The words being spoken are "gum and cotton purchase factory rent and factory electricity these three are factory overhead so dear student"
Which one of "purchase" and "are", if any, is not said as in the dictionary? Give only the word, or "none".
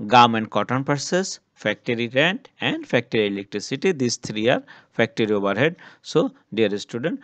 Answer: purchase